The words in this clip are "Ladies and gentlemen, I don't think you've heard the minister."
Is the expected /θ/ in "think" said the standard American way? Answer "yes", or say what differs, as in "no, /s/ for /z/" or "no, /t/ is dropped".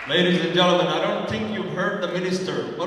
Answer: yes